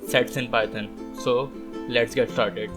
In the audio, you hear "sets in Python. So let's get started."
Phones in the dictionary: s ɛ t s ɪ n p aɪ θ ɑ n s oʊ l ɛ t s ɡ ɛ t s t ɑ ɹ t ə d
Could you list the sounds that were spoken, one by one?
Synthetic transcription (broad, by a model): s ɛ t s ɪ n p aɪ t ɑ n s oʊ l ɛ t s ɡ ɛ t s t ɑ ɹ t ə d